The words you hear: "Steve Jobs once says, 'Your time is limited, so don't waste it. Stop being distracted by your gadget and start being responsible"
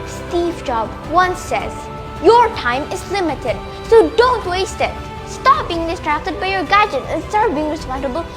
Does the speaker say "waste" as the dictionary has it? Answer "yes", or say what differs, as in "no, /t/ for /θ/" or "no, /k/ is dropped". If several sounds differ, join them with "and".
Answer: yes